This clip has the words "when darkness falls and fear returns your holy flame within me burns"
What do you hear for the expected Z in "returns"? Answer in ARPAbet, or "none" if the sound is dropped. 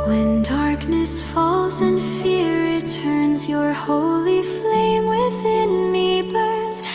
Z